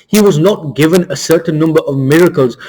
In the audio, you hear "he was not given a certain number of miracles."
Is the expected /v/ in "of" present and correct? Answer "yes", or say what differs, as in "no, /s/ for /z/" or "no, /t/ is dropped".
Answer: yes